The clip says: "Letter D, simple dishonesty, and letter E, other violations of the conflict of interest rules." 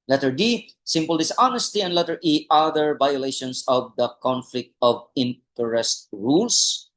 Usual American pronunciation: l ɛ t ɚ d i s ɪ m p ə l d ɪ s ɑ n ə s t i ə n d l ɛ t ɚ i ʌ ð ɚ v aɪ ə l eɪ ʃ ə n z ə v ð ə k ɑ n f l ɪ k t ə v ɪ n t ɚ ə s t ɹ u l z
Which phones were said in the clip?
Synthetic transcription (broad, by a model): l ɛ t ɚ d i s ɪ m p ə l d ɪ s ɑ n ə s t i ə n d l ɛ t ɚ i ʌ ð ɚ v aɪ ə l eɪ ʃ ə n s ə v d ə k ɑ n f l ɪ k t ə v ɪ n t ɚ ə s t ɹ u l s